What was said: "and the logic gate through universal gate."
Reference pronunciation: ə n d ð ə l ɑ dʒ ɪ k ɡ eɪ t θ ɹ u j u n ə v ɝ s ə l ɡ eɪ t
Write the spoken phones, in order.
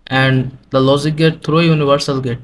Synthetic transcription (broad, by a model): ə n d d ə l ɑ z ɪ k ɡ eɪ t t ɹ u j u n ə v ɝ s ə l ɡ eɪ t